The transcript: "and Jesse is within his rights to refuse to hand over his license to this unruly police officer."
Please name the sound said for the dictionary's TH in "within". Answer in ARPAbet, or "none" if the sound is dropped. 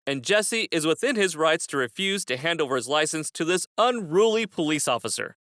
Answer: TH